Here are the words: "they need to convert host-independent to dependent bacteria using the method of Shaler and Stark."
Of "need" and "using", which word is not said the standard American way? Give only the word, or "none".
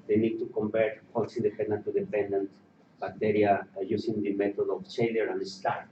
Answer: using